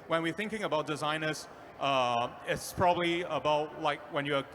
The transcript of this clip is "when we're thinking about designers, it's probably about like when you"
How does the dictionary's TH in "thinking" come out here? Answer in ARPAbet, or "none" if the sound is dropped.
TH